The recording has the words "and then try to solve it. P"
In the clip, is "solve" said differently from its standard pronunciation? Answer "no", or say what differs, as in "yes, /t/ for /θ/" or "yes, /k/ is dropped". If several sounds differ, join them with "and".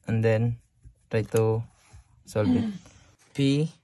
yes, /b/ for /v/